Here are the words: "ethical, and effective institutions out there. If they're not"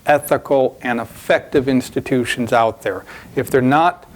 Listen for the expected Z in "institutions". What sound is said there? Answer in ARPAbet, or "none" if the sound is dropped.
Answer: Z